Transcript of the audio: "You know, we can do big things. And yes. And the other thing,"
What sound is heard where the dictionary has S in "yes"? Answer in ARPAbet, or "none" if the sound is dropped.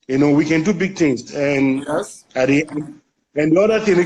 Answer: none